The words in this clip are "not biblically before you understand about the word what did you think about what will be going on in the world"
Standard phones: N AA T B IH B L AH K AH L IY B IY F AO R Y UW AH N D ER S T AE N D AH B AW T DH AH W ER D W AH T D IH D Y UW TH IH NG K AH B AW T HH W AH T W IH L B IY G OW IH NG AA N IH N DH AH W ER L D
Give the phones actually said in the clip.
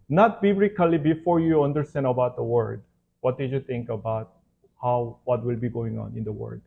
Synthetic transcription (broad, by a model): N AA T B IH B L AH K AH L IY B IY F AO R Y UW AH N D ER S T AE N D AH B AW T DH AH W ER D W AH T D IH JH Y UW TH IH NG K AH B AW T HH W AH T W IH L B IY G OW IH NG AA N IH N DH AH W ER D